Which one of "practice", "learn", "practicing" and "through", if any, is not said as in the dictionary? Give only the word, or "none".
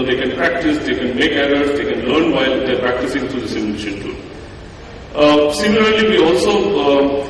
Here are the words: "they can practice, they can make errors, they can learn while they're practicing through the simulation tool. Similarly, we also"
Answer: through